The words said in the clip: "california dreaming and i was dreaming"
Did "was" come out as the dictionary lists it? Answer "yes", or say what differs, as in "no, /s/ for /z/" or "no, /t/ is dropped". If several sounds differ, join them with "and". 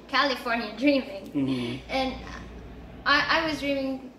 yes